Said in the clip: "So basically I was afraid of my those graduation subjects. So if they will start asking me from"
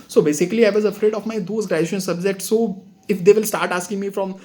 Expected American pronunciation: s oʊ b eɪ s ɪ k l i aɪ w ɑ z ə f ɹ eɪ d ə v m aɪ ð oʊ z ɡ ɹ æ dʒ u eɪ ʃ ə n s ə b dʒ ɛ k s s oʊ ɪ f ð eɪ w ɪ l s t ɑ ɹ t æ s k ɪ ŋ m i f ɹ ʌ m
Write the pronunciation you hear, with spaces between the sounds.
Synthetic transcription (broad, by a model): s oʊ b eɪ s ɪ k l i aɪ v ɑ z ə f ɹ eɪ d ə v m aɪ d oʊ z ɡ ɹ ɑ u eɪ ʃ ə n s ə b dʒ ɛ k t s oʊ ɪ f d eɪ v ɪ l s t ɑ ɹ t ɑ s k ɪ ŋ m i f ɹ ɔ m